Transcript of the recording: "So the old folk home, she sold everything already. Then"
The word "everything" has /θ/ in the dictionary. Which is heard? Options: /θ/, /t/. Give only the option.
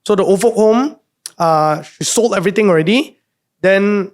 /t/